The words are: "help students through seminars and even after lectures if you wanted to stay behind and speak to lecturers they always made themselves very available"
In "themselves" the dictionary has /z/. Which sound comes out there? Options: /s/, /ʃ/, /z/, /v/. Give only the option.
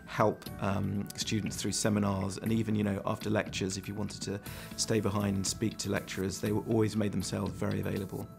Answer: /z/